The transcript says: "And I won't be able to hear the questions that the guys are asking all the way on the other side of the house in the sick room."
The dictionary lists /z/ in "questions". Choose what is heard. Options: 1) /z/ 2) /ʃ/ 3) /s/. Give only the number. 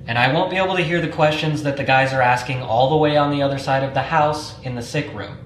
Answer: 1